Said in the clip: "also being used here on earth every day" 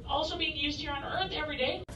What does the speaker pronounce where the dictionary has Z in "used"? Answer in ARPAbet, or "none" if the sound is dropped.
Z